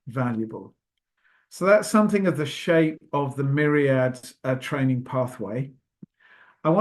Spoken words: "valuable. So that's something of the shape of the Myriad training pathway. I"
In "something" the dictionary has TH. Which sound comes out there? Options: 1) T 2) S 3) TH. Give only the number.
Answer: 3